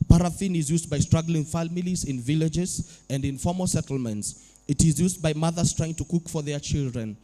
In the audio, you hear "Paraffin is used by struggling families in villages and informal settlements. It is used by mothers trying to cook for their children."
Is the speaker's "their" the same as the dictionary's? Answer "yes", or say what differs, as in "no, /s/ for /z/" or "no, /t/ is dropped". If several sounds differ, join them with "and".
yes